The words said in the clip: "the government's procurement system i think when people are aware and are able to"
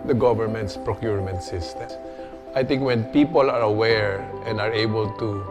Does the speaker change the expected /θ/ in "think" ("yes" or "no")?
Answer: yes